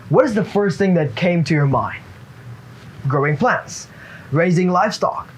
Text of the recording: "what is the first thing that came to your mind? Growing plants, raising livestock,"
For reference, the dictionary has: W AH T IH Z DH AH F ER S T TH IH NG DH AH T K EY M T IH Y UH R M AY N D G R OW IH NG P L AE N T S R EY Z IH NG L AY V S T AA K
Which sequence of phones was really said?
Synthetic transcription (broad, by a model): W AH T IH Z DH AH F ER S T TH IH NG DH AH T K EY M T IH Y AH R M AY N D G R OW IH NG P L AE N T S R EY Z IH NG L AY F S T AA K